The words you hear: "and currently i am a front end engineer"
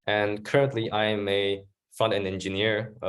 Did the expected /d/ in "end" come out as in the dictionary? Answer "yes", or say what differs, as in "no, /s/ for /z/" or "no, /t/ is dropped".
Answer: no, /d/ is dropped